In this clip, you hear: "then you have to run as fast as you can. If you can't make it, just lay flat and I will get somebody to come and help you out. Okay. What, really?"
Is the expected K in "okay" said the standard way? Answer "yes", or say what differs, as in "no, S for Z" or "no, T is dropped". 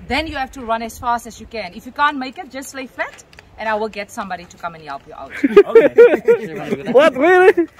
no, K is dropped